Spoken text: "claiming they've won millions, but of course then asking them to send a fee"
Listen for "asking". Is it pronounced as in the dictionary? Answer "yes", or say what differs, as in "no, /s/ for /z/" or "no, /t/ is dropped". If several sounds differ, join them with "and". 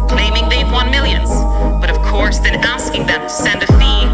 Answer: yes